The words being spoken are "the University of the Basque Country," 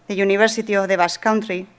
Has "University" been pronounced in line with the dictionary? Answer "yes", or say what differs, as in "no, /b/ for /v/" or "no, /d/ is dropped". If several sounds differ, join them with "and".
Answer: no, /b/ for /v/